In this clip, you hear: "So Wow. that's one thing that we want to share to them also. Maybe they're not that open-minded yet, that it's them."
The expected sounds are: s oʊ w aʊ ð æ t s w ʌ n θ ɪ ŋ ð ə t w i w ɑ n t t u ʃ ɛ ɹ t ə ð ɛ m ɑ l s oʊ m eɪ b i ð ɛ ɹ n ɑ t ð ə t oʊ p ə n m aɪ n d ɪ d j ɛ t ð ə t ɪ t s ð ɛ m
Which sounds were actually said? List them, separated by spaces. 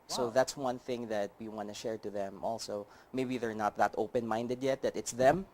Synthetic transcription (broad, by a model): s oʊ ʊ ð æ t s w ʌ n θ ɪ ŋ ð ə t w i w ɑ n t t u ʃ ɛ ɹ t ə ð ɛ m ɑ l s oʊ m eɪ b i ð ɛ ɹ n ɑ t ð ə t oʊ p ə n m aɪ n d ɪ d j ɛ t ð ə t ɪ t s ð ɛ m